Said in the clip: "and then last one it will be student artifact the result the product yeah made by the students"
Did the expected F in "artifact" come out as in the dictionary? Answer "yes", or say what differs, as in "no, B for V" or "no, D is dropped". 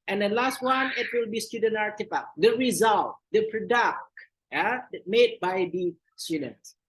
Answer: no, P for F